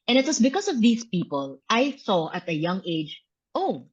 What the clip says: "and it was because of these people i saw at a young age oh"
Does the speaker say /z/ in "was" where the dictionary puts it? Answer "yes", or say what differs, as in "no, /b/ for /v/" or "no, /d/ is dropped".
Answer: no, /s/ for /z/